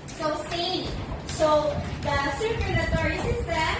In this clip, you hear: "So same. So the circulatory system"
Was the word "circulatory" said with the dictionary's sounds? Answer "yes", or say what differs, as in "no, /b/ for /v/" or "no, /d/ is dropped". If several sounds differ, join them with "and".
no, /n/ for /l/